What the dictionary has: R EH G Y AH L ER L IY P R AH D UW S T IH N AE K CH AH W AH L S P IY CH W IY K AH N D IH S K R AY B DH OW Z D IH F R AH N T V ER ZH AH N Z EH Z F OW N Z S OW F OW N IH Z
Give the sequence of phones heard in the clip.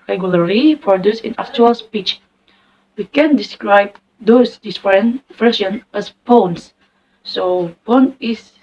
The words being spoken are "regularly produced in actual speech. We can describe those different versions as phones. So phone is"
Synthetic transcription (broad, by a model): R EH G Y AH L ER L IY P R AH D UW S IH N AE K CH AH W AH L S P IY CH W IY K AH N D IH S K R AY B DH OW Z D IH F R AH N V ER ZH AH N EH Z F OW N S S OW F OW N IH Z